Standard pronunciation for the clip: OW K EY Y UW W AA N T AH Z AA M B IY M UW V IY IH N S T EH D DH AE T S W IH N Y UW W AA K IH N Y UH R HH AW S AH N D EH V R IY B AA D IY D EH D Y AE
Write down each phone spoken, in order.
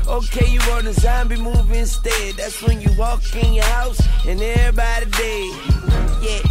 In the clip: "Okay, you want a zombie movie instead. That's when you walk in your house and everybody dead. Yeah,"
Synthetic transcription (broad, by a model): OW K EY Y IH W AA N AH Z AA M B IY M UW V IH N S T EH D DH AE T S W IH N Y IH W AA K IH N Y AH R HH AW S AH N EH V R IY B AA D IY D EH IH Y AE